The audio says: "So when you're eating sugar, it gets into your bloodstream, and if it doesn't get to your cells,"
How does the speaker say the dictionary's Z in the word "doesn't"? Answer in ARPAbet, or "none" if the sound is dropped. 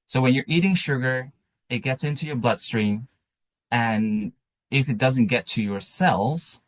Z